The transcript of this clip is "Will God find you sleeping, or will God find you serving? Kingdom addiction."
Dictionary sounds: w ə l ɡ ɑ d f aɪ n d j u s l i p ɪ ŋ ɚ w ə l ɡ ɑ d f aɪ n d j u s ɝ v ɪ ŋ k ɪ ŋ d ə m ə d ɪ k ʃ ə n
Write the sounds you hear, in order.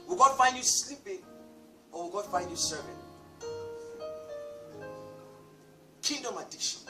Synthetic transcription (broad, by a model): w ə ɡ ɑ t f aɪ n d j u s l i p ɪ ŋ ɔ w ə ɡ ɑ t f aɪ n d j u s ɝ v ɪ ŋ k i d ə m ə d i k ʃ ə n